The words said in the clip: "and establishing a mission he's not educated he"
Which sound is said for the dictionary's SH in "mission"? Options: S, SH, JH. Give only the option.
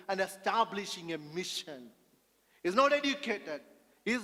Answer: SH